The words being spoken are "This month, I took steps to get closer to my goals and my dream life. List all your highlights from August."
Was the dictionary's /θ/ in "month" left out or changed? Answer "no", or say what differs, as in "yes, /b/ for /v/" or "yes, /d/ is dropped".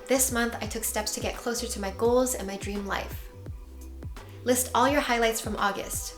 no